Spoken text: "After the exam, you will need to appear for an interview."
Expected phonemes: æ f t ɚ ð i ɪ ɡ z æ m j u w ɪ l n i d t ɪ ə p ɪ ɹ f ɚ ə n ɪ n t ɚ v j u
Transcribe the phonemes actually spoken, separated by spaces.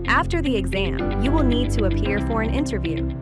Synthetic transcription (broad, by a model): æ f t ɚ ð i ɪ ɡ z æ m j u w ɪ l n i d t ɪ ə p ɪ ɹ f ɚ ə n ɪ n t ɚ v j u